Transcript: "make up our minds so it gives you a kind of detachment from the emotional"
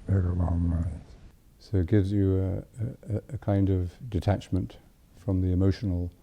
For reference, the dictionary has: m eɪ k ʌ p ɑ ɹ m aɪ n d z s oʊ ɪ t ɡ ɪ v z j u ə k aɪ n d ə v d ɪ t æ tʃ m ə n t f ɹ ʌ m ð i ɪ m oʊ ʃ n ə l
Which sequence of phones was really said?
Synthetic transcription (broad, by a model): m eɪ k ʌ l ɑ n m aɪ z s oʊ ɪ t ɡ ɪ v z j ə k aɪ n d ə v d ɪ t æ tʃ m ə n t f ɹ ʌ m ð i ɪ m oʊ ʃ n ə l